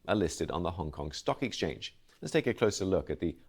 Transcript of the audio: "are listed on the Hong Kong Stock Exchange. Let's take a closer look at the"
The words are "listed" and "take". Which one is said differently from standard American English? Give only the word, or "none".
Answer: none